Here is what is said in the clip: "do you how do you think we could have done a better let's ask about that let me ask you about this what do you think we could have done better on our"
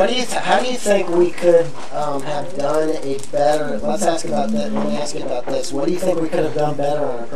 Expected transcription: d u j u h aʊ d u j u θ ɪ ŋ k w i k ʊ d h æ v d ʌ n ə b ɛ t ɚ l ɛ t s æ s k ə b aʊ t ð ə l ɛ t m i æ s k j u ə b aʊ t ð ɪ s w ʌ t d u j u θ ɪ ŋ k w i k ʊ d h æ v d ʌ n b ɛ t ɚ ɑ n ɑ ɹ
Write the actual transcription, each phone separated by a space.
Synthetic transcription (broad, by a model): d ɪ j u h aʊ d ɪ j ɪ θ ɪ ŋ k w i k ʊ d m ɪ v d ʌ n ə b ɛ t ɚ w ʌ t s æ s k ə b aʊ t ð ə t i æ s k ə b aʊ t ð ɪ s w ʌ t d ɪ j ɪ θ ɪ ŋ k w i k ʊ d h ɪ v d ʌ n b ɛ t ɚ ɹ